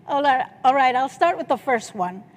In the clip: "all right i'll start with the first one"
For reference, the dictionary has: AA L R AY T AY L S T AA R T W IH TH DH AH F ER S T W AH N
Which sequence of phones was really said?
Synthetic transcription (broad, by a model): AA L R AY T AY L S T AA R T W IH DH AH F ER S T W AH N